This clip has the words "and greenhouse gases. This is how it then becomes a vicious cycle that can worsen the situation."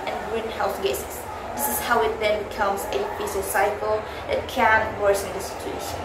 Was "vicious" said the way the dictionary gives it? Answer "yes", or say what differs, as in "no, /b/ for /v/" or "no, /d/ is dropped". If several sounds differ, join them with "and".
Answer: no, /s/ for /ʃ/